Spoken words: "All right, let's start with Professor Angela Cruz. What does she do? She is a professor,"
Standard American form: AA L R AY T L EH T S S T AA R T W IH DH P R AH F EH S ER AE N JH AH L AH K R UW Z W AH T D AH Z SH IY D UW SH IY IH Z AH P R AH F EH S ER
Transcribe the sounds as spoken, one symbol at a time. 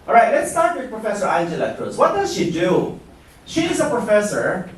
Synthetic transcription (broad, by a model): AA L R AY T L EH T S S T AA R T W IH DH P R AH F EH S ER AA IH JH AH L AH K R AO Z W AH T D AH Z SH IY D UW SH IY IH Z AH P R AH F EH S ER